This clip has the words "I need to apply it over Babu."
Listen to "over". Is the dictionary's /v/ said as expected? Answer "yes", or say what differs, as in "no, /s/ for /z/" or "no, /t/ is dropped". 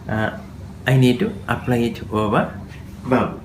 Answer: no, /p/ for /v/